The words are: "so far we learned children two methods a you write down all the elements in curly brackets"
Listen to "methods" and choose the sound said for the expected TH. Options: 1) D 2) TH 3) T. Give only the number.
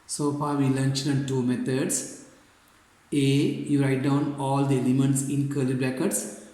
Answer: 3